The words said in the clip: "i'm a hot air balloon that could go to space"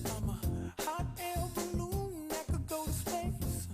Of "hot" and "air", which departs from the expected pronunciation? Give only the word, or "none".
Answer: air